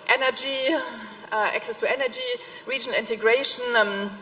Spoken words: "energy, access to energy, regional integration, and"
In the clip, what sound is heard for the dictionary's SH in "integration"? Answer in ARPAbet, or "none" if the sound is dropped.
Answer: none